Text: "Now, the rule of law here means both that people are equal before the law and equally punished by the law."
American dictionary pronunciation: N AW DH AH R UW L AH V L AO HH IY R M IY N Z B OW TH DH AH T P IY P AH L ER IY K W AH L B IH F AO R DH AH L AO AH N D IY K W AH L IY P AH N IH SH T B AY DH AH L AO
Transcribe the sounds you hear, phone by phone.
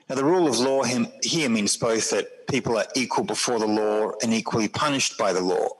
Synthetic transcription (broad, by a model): N AW DH AH R UW L AH V L AO HH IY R M IY N Z B OW TH DH AH T P IY P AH L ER IY K W AH L B IH F AO R DH AH L AO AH N IY K W AH L IY P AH N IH SH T B AY DH AH L AO